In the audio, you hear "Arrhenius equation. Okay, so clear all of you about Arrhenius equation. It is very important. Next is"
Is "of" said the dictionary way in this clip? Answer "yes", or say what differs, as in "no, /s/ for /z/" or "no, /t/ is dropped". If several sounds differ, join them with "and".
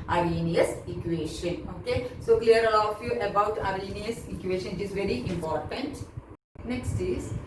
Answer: no, /f/ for /v/